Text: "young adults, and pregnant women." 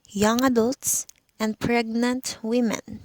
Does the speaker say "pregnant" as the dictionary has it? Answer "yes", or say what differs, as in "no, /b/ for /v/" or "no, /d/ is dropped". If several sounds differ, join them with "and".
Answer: yes